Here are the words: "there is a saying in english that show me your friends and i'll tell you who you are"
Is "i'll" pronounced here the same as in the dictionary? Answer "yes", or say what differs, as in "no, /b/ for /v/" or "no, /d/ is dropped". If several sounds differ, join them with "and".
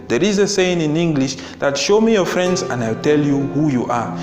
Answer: no, /w/ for /l/